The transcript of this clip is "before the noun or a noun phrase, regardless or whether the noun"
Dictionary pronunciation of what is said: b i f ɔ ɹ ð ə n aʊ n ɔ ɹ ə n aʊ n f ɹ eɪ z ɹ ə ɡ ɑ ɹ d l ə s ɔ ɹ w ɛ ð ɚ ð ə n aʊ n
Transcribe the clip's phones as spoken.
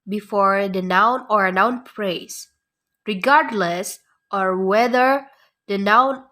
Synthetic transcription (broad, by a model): b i f ɔ ɹ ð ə n aʊ n ɔ ɹ ə n aʊ n p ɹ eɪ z ɹ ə ɡ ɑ ɹ d l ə s ɔ ɹ w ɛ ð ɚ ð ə n aʊ n